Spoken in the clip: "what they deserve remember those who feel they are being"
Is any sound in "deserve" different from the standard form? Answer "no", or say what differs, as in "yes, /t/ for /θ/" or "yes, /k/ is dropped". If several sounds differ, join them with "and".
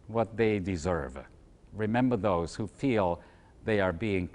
no